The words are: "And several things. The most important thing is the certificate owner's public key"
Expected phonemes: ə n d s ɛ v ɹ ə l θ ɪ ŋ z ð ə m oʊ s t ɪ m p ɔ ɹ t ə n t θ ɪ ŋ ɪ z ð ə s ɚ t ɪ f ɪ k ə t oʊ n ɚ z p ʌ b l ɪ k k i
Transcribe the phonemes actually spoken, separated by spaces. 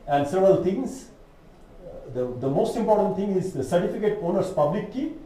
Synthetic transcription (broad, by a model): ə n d s ɛ v ɹ ə l t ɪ ŋ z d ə m oʊ s t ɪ m p ɔ t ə n t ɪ ŋ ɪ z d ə s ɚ t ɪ f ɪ k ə t oʊ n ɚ s p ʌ b l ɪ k k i